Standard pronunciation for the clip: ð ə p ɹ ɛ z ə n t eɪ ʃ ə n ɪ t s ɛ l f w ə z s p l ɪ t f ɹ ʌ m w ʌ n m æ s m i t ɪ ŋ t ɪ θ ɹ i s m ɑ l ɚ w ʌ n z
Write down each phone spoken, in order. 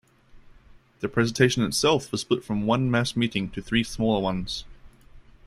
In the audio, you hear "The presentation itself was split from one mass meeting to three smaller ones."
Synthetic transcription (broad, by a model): ð ə p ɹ ɛ z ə n t eɪ ʃ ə n ɪ t s ɛ l f w ə z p ʊ t f ɹ ʌ m w ʌ n m æ s m i t ɪ ŋ t ɪ θ ɹ i s m ɑ l ɚ w ʌ n z